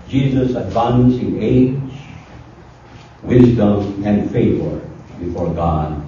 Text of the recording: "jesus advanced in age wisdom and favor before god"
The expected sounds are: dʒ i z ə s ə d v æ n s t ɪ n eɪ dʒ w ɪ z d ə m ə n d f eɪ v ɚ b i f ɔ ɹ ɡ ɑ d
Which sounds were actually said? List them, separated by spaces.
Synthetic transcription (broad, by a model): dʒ i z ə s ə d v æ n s ɪ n eɪ dʒ w ɪ z d ə m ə n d f eɪ v ɚ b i f ɔ ɹ ɡ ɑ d